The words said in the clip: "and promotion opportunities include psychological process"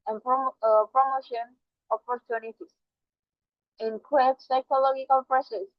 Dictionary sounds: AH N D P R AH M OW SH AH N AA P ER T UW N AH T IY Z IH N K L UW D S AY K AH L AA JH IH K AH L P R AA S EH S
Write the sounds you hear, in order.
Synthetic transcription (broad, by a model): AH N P P R AH M OW SH AH N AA P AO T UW N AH T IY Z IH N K W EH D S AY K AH L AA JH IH K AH L P R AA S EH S